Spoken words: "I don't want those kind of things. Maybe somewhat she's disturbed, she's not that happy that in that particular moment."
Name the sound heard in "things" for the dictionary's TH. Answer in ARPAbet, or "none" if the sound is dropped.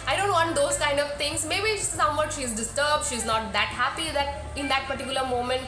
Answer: T